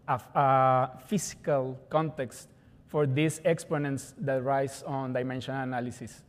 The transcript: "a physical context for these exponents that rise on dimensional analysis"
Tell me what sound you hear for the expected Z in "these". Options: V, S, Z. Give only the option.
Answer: S